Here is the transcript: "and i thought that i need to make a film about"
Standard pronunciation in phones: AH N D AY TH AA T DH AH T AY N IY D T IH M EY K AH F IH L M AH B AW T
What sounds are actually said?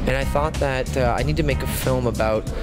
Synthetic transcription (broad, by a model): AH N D AY TH AA T DH AH T AY N IY D T IH M EY K AH F IH L M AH B AW T